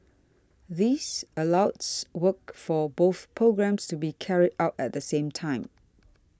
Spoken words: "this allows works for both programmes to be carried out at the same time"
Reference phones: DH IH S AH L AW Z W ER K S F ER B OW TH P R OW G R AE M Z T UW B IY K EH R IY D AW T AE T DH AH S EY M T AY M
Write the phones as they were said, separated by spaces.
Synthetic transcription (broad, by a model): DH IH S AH L AW S W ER K F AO B OW TH P R OW G R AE M S T UW B IY K EH R IY D AW T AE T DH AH S EY M T AY M